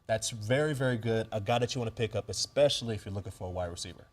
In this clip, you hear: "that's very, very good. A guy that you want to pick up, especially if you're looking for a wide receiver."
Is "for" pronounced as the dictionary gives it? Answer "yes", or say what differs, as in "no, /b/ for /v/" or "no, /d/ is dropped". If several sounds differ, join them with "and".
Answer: yes